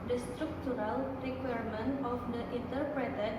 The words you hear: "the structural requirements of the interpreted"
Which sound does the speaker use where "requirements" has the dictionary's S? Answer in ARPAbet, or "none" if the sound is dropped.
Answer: none